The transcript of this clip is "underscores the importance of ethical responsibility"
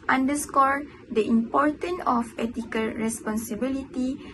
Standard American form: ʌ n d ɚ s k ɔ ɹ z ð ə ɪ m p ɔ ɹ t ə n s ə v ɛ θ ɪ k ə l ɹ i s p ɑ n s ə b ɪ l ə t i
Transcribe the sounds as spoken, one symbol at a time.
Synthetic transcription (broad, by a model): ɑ n d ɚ s k ɔ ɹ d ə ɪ m p ɔ ɹ t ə n ə f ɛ t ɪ k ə l ɹ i s p ɑ n s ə b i l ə t i